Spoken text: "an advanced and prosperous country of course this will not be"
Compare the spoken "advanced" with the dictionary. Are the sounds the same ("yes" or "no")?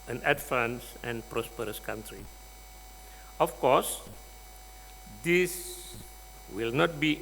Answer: no